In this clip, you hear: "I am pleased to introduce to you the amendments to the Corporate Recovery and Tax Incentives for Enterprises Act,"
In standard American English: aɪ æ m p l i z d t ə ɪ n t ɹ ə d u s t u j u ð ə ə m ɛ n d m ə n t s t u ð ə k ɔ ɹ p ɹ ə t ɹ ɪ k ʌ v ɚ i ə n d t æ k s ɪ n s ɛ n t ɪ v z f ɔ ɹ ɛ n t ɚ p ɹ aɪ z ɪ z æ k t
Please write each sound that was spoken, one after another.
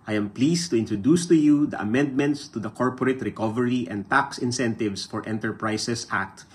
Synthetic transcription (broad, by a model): aɪ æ m p l i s t ə ɪ n t ɹ ə d u s t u j u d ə ə m ɛ n d m ə n t s t u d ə k ɔ ɹ p ɹ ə t ɹ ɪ k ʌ v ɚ i ə n d t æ k s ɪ n s ɛ n t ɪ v s f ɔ ɹ ɛ n t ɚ p ɹ aɪ s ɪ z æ k t